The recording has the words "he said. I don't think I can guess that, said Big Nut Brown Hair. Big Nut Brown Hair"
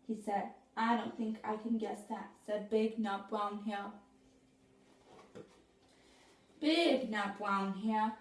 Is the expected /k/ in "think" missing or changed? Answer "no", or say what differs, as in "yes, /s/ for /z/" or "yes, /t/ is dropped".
no